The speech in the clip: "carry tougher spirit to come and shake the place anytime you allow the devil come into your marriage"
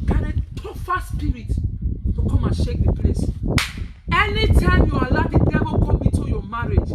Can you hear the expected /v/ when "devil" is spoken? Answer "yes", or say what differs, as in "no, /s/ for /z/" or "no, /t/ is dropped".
no, /b/ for /v/